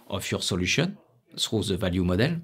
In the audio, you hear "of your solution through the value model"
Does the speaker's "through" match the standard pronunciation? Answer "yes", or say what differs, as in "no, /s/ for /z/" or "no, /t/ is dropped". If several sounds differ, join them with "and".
no, /s/ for /θ/